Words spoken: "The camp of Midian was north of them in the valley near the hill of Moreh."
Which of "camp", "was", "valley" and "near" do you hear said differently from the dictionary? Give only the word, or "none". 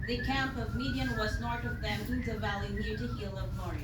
none